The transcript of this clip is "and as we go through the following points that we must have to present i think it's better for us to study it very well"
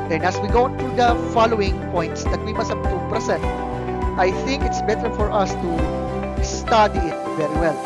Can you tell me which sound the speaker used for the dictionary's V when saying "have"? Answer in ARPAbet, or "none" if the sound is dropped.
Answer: B